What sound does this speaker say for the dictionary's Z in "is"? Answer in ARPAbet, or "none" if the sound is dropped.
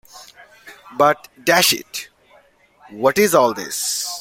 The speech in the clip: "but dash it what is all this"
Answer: Z